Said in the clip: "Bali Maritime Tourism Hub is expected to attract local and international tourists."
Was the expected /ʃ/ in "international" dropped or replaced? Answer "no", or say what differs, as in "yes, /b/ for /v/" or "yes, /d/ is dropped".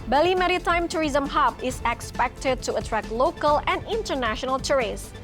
no